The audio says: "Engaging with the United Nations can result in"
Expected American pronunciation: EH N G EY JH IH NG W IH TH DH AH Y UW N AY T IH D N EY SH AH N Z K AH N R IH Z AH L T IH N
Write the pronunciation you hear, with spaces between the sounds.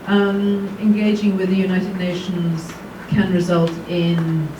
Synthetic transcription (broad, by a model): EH N G EY JH IH NG W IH DH AH Y UW N AY T IH D N EY SH AH N Z K AH N R IH Z AH L T IH N